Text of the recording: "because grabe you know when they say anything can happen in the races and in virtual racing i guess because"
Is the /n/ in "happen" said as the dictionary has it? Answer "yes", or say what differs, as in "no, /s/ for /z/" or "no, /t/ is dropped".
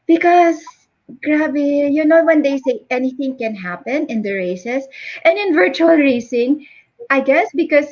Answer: yes